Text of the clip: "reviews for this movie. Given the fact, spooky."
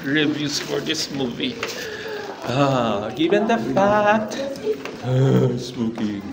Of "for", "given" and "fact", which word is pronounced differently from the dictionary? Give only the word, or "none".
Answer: fact